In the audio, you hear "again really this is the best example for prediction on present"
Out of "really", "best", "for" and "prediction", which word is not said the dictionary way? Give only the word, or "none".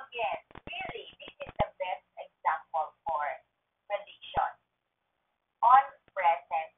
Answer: prediction